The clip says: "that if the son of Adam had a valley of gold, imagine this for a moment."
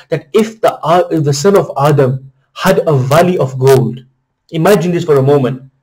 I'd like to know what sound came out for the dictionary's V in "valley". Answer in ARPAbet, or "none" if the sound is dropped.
V